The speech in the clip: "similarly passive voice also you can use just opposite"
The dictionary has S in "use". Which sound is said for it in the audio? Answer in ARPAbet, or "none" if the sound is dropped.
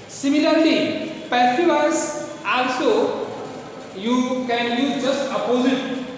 none